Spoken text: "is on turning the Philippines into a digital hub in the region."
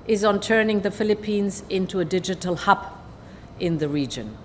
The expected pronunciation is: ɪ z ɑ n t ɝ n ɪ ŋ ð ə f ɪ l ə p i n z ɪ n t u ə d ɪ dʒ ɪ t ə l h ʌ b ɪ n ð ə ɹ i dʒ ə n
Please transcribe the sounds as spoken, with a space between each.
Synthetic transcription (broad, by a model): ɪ z n t ɝ n ɪ ŋ ð ə f ɪ l ə p i n z ɪ n t u ə d ɪ dʒ ɪ t ə l h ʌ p ɪ n ð ə ɹ i dʒ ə n